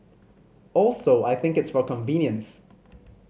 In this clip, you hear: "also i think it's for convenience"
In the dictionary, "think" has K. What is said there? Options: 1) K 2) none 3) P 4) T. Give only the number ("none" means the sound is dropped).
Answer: 1